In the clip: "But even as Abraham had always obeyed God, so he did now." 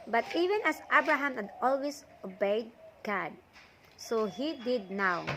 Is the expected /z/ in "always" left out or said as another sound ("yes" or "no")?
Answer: yes